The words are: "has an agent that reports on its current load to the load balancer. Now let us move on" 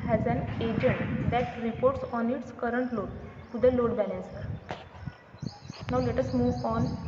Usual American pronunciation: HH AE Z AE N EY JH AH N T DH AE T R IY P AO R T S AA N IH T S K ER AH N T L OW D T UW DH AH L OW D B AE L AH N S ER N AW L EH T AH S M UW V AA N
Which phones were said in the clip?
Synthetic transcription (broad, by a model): HH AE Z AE N EY JH AH N T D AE T R IY P AO R T S AA N IH T S K ER AH N T L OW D T UW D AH L OW D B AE L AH N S N AW L EH T AH S M UW V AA N